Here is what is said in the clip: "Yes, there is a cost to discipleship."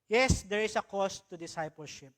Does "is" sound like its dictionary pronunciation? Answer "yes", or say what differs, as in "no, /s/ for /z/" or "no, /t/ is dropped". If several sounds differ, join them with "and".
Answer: no, /s/ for /z/